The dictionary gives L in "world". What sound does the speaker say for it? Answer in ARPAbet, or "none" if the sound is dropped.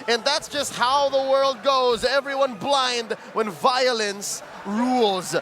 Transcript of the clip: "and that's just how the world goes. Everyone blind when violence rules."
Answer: L